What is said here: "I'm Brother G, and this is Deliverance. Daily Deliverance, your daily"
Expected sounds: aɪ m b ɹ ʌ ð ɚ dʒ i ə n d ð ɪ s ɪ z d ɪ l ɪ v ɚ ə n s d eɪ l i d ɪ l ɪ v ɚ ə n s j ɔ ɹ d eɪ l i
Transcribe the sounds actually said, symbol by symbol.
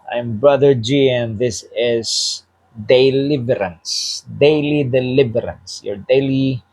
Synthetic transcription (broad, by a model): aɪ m b ɹ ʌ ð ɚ dʒ i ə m ð ɪ s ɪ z d ɪ l ɪ v ɚ ə n s d eɪ l i d ɪ l ɪ v ɚ ə n s j ɔ ɹ d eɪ l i